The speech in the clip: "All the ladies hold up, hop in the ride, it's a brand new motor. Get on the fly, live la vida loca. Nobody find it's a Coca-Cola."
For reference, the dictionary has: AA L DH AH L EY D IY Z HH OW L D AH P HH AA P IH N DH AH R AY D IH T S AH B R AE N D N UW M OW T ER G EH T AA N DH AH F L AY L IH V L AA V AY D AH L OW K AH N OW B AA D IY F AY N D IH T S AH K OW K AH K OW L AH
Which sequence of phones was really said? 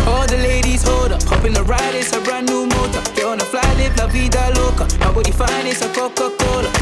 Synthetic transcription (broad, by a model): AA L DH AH L EY D IY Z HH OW D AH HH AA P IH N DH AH R AY D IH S AH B R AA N N UW M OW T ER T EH AA N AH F L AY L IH F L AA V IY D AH L OW K AH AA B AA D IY F AY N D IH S AH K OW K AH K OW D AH